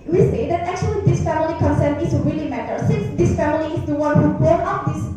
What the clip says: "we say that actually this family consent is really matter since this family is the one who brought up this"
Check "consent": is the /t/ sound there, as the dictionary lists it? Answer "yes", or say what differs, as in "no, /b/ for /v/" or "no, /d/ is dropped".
no, /t/ is dropped